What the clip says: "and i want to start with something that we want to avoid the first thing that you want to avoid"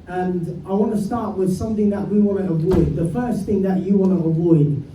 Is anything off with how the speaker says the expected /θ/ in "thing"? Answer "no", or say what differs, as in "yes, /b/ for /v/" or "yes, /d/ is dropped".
no